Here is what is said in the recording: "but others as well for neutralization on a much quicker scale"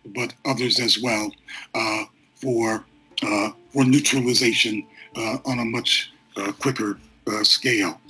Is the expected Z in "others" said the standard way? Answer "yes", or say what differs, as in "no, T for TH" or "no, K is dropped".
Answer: yes